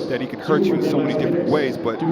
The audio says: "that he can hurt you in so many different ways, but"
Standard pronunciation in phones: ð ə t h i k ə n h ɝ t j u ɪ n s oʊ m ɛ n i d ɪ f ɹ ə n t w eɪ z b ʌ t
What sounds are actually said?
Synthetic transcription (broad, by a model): ð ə t h i k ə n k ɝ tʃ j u ɪ n s oʊ m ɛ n i d ɪ f ɹ ə n t w eɪ z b ʌ t